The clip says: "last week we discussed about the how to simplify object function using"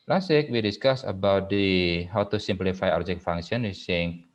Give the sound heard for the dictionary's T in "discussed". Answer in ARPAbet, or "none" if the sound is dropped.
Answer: none